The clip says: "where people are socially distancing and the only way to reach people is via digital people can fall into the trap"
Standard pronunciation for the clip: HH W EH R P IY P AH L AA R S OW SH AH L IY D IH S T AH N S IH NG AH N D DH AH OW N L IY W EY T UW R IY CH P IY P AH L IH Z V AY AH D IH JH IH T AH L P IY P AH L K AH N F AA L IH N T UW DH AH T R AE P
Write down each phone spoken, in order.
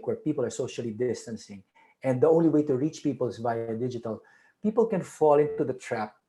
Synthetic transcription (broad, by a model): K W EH R P IY P AH L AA R S OW SH AH L IY D IH S T AH N S IH NG AH N D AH OW N L IY W EY T UW R IY CH P IY P AH L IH S V AY AH D IH JH IH T AH L P IY P AH L K AH N F AA L IH N T UW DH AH T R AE P